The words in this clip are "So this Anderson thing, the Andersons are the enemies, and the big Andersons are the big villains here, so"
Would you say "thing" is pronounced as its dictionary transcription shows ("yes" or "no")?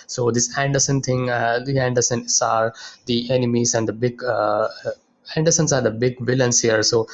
no